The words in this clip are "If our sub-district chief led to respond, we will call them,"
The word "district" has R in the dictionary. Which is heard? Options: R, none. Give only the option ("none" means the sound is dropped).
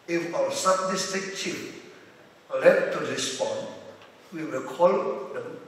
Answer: none